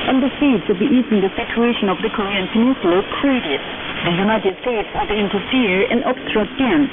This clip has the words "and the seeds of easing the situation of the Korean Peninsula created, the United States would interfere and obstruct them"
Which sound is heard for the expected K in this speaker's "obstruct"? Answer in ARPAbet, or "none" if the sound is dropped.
none